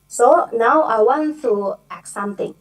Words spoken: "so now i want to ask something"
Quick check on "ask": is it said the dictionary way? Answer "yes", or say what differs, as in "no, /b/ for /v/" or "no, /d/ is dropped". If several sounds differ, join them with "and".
no, /s/ is dropped